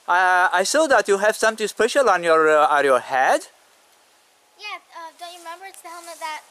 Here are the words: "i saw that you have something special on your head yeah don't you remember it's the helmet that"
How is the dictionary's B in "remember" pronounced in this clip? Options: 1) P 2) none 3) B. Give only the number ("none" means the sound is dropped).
3